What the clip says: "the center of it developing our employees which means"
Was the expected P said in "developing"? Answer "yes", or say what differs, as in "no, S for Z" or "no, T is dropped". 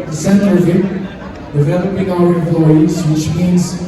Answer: no, B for P